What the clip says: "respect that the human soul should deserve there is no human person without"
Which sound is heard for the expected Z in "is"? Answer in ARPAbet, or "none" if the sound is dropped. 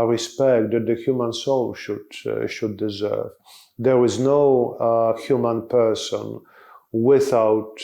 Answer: Z